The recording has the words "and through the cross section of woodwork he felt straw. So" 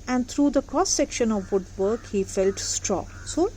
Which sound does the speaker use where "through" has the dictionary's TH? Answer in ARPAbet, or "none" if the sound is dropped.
T